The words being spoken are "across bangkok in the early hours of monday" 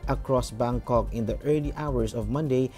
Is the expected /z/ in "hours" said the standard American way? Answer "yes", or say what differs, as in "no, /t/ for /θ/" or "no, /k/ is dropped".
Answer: no, /s/ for /z/